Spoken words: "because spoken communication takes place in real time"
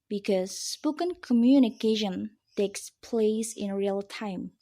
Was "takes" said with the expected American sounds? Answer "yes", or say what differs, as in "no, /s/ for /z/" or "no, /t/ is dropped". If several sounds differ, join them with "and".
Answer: yes